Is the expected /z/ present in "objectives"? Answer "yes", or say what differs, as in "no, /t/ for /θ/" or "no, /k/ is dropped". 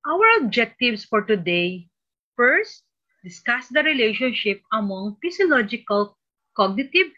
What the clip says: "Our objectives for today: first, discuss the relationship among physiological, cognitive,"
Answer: no, /s/ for /z/